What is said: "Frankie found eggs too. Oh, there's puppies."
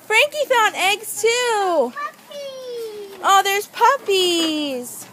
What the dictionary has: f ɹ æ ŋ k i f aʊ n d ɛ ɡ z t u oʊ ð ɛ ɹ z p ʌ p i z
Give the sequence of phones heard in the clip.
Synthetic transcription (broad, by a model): f ɹ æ ŋ k i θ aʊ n ɛ ɡ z t u oʊ ð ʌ ɹ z p ʌ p i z